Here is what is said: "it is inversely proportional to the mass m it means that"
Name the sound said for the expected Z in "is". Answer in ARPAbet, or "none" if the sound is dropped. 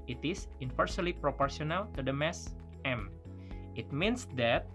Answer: S